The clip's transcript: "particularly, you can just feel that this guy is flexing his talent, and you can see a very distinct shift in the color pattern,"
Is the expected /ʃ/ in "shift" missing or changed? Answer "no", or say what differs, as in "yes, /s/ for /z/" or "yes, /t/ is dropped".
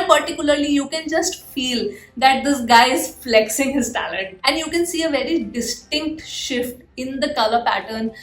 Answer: no